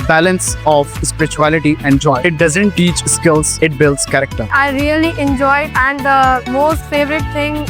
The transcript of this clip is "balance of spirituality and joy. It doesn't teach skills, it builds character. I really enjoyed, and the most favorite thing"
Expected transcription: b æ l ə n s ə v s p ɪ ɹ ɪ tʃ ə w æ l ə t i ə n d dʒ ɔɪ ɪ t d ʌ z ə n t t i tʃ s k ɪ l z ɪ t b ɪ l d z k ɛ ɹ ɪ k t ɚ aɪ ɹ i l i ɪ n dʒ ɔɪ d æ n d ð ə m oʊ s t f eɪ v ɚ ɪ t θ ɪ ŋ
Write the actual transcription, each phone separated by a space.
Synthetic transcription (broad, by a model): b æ l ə n s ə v s p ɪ ɹ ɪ tʃ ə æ l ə t i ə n dʒ ɔɪ ɪ t d ʌ z ə n t t i tʃ s k ɪ l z ɪ t b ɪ l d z k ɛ ɹ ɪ k t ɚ aɪ ɹ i l i ɪ n dʒ ɔɪ d æ n d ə m oʊ s t f eɪ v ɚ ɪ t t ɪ ŋ